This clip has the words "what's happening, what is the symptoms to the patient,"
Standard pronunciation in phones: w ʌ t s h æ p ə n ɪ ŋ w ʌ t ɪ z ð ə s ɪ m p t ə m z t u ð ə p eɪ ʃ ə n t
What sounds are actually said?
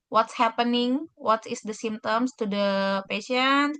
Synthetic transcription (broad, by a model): w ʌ t s h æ p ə n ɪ ŋ w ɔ t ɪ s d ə s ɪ m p t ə m s t u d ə p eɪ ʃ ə n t